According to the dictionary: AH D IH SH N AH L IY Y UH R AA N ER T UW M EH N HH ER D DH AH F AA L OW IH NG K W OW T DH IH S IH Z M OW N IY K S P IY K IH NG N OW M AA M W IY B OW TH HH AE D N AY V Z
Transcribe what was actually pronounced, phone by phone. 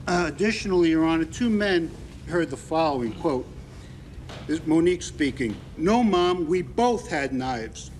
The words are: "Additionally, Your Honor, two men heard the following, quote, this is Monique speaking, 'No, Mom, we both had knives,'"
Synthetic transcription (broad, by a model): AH D IH SH N L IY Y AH R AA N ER T UW M EH N HH ER D DH AH F AA L OW IH NG K W OW T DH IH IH M OW N IY K S P IY K IH NG N OW M AA M W IY B OW TH HH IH D N AY V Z